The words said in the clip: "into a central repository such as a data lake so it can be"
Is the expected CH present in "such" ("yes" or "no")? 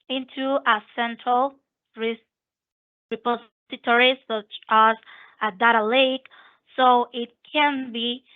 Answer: yes